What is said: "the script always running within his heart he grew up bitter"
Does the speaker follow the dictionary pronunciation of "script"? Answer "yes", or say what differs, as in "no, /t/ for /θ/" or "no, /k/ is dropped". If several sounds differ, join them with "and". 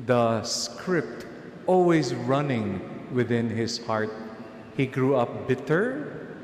yes